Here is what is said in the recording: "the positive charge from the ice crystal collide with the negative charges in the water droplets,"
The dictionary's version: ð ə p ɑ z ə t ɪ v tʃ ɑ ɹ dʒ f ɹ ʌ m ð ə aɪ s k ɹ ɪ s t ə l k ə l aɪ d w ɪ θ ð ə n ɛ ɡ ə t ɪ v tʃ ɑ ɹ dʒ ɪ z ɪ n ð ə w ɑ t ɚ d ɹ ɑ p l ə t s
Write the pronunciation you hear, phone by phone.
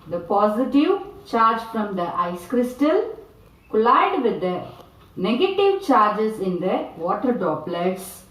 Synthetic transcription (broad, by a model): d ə p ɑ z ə t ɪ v tʃ ɑ ɹ dʒ f ɹ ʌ m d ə aɪ s k ɹ ɪ s t ə l k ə l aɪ d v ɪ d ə n ɛ ɡ ə t ɪ v tʃ ɑ ɹ dʒ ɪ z ɪ n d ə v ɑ t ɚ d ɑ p l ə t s